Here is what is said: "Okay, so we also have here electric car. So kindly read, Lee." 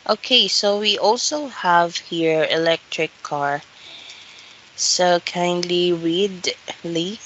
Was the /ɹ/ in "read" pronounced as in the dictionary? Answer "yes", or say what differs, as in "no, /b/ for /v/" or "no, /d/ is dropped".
no, /w/ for /ɹ/